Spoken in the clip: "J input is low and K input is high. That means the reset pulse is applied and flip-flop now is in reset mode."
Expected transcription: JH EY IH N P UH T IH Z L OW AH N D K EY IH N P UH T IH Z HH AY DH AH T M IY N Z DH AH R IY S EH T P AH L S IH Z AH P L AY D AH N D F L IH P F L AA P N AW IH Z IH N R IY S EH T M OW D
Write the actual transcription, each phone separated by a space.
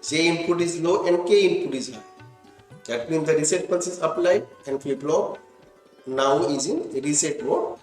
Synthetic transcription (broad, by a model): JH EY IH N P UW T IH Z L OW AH N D K EY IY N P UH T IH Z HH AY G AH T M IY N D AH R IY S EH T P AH N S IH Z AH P L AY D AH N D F EH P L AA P N AW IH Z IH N R IY S EH T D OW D